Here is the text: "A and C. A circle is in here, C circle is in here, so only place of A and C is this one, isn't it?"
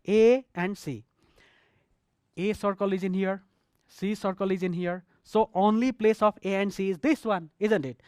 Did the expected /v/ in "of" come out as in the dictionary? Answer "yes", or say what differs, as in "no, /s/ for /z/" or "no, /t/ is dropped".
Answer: no, /p/ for /v/